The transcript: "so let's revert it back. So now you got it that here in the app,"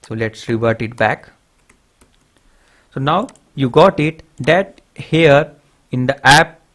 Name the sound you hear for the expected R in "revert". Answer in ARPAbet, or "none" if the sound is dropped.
R